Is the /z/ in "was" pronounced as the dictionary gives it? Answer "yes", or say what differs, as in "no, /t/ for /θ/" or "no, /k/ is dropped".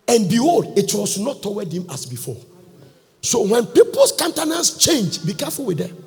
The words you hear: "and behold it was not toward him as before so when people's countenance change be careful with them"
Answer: no, /s/ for /z/